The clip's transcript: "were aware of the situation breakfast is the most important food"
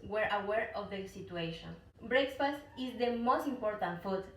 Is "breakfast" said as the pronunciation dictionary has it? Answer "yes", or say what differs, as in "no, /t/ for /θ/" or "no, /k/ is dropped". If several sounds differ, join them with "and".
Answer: no, /t/ is dropped